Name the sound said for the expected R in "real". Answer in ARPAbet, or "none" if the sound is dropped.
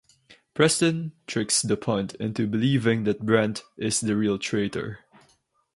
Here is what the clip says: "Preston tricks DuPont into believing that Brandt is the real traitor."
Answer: R